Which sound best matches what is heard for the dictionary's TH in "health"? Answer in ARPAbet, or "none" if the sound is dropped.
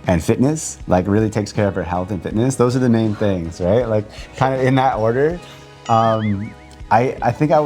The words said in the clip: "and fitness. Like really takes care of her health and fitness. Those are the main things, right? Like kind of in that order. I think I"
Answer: TH